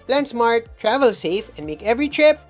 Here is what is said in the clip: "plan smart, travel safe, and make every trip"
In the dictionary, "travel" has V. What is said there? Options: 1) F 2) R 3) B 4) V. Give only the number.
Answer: 4